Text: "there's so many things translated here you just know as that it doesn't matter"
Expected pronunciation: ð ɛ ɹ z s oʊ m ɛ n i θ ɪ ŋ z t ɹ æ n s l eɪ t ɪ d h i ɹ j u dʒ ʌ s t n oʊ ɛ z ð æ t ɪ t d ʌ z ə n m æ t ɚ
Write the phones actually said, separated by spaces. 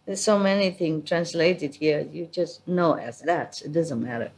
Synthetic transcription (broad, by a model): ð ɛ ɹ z s oʊ m ɛ n i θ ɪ ŋ t ɹ æ n s l eɪ t ɪ d h i ɹ j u dʒ ʌ s t n oʊ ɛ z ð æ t ɪ t d ʌ z ə n m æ t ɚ